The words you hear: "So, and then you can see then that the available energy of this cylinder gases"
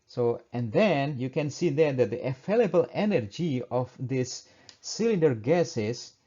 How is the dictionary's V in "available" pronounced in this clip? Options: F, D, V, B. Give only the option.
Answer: F